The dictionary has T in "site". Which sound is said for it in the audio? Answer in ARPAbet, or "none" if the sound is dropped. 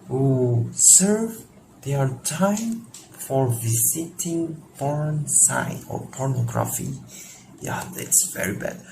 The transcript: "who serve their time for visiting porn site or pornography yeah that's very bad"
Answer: none